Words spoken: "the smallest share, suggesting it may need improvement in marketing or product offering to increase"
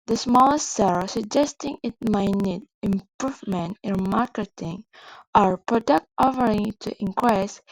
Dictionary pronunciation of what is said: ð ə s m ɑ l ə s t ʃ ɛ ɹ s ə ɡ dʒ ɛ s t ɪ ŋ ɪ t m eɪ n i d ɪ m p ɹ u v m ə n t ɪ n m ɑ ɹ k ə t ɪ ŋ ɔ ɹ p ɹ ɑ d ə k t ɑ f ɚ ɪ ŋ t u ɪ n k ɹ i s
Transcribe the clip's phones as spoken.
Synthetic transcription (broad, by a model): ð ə s m ɑ l ə s t s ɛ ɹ s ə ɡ dʒ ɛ s t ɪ ŋ ɪ t m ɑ n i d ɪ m p ɹ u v m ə n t ɪ n m ɑ ɹ k ə t ɪ ŋ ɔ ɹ p ɹ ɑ d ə k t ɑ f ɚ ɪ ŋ t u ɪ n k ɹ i s